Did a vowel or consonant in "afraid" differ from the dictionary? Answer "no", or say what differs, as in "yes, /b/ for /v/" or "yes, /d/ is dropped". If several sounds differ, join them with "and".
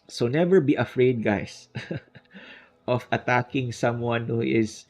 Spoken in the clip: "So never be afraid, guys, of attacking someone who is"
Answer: no